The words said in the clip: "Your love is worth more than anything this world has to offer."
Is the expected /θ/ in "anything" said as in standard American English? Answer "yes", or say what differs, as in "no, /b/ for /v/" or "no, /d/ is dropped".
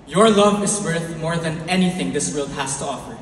yes